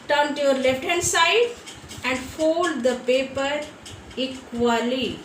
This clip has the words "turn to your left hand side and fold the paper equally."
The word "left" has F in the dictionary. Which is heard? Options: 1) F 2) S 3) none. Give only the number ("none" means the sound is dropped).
3